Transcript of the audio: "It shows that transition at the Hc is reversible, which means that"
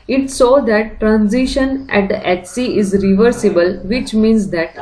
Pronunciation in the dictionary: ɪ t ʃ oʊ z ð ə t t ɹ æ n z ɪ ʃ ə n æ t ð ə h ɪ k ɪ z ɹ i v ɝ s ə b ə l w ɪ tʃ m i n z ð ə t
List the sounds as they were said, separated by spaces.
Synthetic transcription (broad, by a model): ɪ t s oʊ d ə t t ɹ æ n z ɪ ʃ ə n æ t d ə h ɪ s ɪ z ɹ i v ɝ s ə b ə l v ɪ tʃ m i n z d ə t